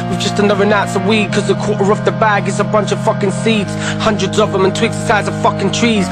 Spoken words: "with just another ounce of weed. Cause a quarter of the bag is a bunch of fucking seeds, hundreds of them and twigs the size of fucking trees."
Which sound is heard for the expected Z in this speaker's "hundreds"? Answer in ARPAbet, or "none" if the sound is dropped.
Z